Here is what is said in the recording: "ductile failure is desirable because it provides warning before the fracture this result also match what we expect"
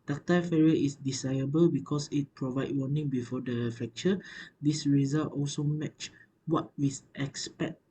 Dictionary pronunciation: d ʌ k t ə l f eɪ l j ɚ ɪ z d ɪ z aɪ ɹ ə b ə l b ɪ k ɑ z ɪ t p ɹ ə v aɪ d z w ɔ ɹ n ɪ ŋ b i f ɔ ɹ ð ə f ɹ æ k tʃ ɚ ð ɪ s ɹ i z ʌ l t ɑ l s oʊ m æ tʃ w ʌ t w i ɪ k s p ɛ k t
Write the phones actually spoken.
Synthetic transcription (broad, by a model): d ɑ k t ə f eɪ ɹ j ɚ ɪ s d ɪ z aɪ ə b ə l b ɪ k ɑ s ɪ t p ɹ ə v aɪ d w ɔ n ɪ ŋ b i f ɔ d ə f ɹ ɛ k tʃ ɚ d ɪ s ɹ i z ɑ l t ɑ l s oʊ m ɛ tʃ w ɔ t w i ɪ k s p ɛ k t